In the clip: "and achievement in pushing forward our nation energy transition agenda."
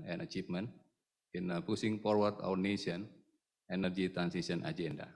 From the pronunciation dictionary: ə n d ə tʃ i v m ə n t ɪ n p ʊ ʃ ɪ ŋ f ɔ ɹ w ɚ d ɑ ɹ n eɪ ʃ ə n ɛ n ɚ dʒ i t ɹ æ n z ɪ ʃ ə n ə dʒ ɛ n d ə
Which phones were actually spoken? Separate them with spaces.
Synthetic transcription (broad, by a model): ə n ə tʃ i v m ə n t ɪ n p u s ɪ ŋ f ɔ ɹ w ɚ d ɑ w n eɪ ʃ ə n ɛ n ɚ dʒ i t ɹ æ n s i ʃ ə n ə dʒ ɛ n d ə